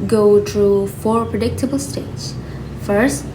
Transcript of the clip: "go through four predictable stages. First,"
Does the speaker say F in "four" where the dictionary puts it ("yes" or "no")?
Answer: yes